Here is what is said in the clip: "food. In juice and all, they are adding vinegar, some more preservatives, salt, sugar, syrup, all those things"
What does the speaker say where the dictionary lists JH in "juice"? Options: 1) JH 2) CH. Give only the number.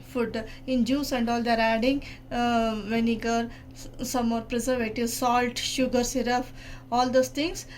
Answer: 1